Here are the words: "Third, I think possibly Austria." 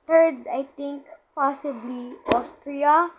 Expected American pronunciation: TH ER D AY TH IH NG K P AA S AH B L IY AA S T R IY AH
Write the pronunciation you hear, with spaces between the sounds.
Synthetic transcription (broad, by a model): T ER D AY T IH NG K P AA S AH B L IY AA S T R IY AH